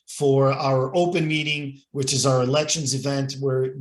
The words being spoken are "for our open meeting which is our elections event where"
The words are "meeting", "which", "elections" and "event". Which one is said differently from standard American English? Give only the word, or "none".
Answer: none